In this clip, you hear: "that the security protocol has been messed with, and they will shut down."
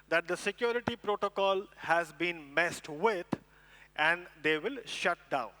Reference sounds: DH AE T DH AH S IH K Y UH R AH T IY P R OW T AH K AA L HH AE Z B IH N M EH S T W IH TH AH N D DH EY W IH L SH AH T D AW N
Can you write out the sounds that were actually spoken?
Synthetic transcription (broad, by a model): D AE T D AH S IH K Y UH R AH T IY P R OW T AH K AA L HH AE Z B IH N M EH S T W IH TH AH N D EY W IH L SH AH T D AW N